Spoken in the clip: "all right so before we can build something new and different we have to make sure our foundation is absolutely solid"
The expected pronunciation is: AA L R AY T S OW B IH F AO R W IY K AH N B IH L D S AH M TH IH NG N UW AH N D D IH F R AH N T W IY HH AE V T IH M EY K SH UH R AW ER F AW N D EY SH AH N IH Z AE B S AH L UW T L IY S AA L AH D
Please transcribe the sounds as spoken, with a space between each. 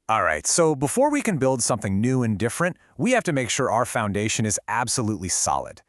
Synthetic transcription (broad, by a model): AA L R AY T S OW B IH F AO R W IY K AH N B IH L D S AH M TH IH NG N UW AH N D D IH F R AH N T W IY HH AE F T IH M EY K SH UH R AW ER F AW N D EY SH AH N IH Z AE B S AH L UW T L IY S AA L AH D